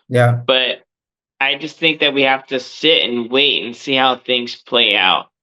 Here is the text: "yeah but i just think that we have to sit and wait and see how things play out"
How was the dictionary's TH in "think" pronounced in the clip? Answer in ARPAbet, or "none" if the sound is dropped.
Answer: TH